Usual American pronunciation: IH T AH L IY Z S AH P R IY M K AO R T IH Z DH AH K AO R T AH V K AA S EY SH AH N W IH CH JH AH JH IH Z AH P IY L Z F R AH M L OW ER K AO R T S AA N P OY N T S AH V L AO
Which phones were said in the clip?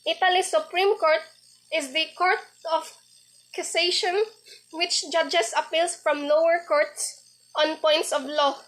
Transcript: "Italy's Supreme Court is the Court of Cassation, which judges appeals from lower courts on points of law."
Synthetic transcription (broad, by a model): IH T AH L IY S AH P R IY M K AO R T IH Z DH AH K AO R T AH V K AA S EY SH AH N W IH CH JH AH JH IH S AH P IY L S F R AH M L OW ER K AO R T S AA N P OY N T S AH V L AO